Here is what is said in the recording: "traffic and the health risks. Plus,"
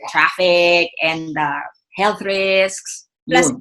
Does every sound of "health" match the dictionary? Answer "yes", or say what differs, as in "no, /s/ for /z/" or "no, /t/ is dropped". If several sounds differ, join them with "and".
yes